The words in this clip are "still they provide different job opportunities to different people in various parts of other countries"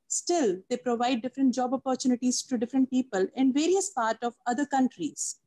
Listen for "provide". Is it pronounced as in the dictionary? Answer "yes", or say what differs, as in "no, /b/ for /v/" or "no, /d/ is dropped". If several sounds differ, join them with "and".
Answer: yes